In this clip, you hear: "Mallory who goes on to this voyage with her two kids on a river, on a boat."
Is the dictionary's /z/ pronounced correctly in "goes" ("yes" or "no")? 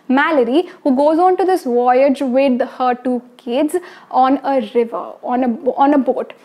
yes